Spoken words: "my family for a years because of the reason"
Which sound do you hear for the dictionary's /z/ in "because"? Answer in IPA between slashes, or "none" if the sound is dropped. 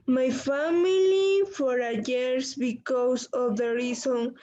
/s/